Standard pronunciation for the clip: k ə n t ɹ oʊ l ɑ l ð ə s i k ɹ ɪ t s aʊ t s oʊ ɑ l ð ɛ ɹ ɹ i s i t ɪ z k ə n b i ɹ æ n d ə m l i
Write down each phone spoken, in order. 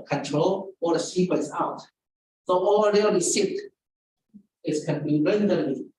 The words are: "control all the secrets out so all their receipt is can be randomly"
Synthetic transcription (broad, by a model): k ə n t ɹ oʊ l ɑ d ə s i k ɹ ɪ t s aʊ t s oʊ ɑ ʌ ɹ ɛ l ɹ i s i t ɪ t k ə n b i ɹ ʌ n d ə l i